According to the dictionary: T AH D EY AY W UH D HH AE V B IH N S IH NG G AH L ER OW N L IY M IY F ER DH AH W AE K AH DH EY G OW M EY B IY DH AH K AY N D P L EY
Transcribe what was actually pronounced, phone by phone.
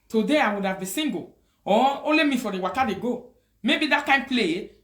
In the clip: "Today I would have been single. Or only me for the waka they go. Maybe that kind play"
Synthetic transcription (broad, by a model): T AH D EY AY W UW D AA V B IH S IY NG G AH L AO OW L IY M IY F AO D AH W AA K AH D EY G OW M EY B IY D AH K AY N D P L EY